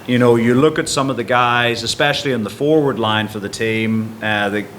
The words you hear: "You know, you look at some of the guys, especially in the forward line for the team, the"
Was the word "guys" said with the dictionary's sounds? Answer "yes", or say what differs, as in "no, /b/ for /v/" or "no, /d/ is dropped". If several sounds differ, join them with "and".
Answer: yes